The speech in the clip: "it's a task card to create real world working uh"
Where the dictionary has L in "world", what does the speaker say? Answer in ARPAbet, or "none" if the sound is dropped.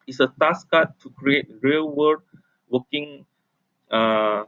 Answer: none